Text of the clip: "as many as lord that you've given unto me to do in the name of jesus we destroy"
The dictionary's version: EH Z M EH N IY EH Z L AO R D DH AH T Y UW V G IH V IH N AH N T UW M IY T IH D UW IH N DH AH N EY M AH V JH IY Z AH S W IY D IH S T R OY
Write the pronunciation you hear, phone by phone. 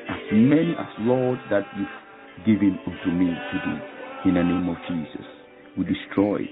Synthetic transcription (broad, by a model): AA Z M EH N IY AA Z L AO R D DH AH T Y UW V G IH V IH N AH N T UW M IY T IH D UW IH N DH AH N EY M AH V JH IY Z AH S W IY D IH S T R OY